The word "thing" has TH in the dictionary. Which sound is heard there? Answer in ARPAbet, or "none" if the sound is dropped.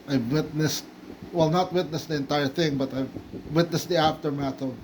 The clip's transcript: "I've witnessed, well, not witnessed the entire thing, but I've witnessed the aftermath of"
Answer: TH